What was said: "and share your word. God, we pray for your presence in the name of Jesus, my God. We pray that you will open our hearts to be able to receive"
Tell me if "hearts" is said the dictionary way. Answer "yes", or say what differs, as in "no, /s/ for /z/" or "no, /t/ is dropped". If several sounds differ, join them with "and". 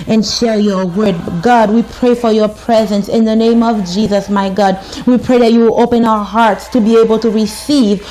yes